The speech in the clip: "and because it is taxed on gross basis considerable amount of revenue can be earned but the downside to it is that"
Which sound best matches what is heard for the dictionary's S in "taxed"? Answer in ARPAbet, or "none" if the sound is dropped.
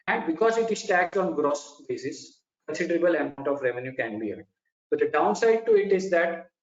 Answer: none